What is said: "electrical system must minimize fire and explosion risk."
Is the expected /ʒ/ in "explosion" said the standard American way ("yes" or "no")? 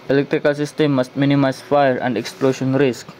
no